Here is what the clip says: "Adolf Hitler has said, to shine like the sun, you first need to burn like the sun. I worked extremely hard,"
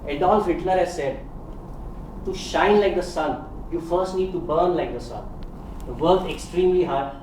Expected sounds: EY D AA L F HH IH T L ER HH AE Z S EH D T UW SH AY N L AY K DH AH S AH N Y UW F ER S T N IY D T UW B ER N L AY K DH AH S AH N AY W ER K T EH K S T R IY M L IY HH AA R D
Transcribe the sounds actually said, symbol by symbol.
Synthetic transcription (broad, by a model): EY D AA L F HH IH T N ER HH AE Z S EH D T UW SH AY N L AY K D AH S AH N Y UW F ER S T N IY D T UW B ER N L AY K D AH S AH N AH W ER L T EH K S T R IY M L IY HH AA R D